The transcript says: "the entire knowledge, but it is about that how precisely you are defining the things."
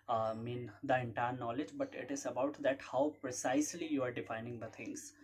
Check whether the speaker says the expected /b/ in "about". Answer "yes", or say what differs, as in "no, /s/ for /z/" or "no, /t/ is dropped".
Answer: yes